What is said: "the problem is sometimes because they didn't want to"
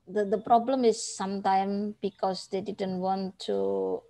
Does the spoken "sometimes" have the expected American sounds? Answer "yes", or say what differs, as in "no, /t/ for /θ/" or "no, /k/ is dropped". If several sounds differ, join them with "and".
no, /z/ is dropped